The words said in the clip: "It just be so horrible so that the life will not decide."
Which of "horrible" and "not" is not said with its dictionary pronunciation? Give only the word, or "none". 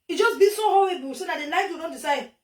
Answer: horrible